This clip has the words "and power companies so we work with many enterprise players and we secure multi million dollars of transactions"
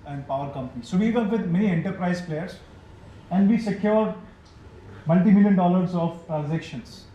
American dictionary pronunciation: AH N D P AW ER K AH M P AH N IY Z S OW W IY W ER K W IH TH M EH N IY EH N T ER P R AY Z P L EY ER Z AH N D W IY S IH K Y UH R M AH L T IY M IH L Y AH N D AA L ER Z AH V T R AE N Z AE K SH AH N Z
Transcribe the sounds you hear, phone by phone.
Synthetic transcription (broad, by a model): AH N D P AW ER K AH M P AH N IY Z S OW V IY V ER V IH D M EH N IY EH N T ER P R AY Z P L EY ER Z AH N D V IY S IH K Y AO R M AH L T IY M IH L Y AH N D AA L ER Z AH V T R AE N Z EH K SH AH N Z